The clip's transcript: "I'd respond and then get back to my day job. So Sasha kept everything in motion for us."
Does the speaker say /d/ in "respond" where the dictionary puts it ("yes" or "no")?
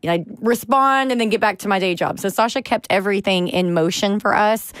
yes